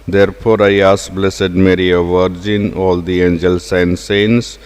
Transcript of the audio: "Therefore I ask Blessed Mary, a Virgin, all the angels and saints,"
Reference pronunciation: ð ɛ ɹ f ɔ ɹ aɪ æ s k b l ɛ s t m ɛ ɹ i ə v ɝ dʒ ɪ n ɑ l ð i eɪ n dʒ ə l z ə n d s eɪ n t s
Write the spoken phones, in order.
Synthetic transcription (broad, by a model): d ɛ ɹ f ɔ ɹ aɪ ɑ s b l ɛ s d m ɛ ɹ i ə v ɝ dʒ ɪ n ɑ l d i eɪ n dʒ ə l s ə n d s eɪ n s